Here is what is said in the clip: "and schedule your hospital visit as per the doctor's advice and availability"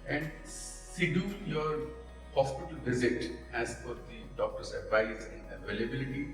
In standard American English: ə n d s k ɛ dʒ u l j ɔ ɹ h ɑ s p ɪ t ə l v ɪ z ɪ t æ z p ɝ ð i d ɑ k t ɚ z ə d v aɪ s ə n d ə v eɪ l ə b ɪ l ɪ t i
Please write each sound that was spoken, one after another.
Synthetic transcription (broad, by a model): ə n d s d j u j ɔ ɹ h ɑ s p ɪ t ə l v ɪ z ɪ t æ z f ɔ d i d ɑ k t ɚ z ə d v aɪ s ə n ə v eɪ l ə b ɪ l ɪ t i